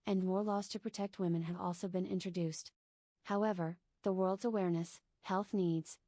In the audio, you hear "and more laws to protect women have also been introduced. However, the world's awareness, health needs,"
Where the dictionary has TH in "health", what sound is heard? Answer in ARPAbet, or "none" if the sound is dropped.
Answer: TH